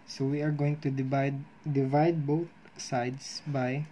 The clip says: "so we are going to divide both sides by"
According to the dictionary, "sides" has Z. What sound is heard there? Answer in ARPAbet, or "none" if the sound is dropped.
S